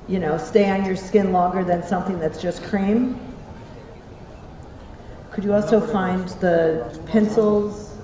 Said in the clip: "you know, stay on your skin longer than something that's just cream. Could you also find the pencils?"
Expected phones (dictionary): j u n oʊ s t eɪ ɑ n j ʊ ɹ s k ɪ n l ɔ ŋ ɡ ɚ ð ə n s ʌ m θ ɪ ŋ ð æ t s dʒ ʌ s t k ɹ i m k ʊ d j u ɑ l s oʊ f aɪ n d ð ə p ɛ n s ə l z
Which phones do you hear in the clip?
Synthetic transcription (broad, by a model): j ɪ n oʊ s t eɪ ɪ n j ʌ ɹ s k ɪ n l ɔ ŋ ɡ ɚ ð ə n s ʌ m θ ɪ ŋ ð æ t s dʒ ʌ s k ɹ i m k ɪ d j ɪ ɑ l s oʊ f aɪ n ð ə p ɛ n s l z